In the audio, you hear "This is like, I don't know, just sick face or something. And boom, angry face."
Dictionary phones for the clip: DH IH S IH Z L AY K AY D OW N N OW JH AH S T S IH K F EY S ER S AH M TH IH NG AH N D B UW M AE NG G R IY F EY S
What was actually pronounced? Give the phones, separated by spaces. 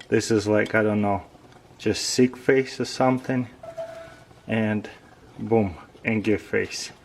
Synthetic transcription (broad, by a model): DH IH S IH Z L AY K AY D OW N N OW JH AH S T S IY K F EY S ER S AH M TH IH NG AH N B UW M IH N G IY F EY S